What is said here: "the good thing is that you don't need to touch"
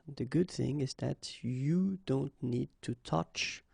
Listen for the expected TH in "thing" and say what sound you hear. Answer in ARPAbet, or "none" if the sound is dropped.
TH